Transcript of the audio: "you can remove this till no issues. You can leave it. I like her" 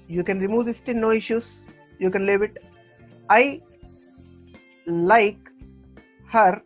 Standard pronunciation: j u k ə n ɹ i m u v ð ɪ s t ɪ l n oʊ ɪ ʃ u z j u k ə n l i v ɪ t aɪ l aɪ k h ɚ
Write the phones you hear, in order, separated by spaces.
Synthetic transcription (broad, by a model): j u k ə n ɹ i m u v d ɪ s t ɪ n n oʊ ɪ ʃ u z j u k ə n l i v ɪ t aɪ l aɪ k h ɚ